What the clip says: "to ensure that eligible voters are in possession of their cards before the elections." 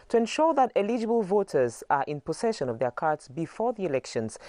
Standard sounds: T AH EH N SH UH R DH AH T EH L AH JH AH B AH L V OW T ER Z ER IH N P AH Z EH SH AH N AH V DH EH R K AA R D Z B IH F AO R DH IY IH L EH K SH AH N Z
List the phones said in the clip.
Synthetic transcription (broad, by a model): T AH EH N SH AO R DH AH T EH L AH JH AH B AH L V OW T ER Z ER IH N P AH S EH SH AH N AH V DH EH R K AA R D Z B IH F AO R DH IY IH L EH K SH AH N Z